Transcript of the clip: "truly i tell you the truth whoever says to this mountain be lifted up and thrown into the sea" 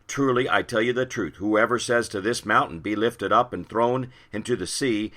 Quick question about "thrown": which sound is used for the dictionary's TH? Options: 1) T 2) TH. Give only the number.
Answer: 2